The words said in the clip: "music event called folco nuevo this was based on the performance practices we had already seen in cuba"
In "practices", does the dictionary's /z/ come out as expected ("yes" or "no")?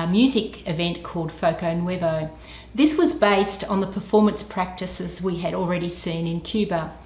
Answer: yes